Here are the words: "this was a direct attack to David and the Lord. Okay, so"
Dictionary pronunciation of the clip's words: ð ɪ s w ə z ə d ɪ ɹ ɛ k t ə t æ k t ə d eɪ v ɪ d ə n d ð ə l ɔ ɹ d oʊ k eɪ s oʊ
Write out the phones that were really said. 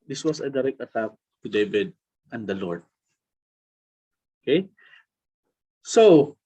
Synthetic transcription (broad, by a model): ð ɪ s w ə s ə d ɪ ɹ ɛ k t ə t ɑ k t ə d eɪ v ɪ d ə n d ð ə l ɔ ɹ d oʊ k eɪ s oʊ